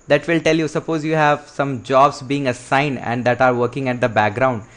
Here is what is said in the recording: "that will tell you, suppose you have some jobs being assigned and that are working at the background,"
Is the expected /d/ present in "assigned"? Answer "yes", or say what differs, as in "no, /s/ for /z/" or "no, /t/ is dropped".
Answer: no, /d/ is dropped